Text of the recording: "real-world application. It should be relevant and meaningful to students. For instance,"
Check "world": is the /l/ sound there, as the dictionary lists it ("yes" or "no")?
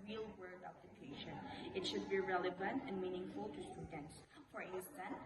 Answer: no